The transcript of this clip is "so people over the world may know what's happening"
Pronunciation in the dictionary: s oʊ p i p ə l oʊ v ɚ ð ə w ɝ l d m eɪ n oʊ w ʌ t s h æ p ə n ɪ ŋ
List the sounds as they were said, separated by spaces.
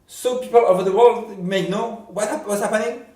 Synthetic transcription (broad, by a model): s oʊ p i p ə l oʊ v ɚ ð ə w ɝ l d m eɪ n oʊ w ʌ t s h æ p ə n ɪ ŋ